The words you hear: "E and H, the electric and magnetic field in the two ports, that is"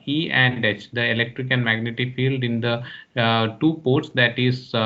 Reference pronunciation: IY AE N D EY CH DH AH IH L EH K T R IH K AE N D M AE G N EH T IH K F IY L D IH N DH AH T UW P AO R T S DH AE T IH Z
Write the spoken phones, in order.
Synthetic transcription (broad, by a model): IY AE N D EY CH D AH IH L EH K T R IH K AE N D M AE G N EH T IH F IY L D IH N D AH T UW P AO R T S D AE T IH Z